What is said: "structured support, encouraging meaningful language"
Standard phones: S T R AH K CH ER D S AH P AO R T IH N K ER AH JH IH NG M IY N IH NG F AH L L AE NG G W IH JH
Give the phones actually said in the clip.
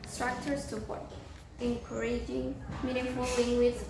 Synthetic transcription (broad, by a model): S T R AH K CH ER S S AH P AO R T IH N K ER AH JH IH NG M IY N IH F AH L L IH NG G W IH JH